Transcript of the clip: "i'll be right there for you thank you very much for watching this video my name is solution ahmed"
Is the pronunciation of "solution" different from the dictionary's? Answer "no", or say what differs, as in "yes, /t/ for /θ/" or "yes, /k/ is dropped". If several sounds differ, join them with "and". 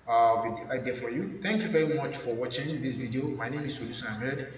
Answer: yes, /s/ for /ʃ/